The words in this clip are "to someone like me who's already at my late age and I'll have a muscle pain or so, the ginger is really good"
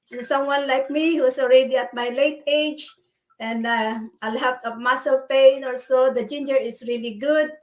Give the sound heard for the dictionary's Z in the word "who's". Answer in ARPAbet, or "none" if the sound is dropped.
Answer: S